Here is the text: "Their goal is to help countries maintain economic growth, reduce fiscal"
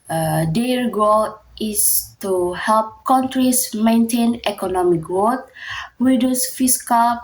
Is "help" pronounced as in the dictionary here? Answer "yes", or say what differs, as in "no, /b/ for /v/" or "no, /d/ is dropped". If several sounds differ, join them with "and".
yes